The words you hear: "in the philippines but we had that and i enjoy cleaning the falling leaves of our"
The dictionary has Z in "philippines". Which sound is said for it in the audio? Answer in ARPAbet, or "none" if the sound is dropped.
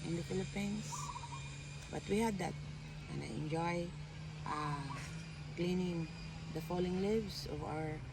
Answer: S